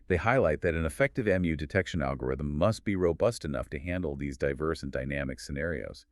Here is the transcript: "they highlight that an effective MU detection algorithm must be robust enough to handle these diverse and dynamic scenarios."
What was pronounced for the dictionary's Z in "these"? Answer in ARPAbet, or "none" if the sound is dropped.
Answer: Z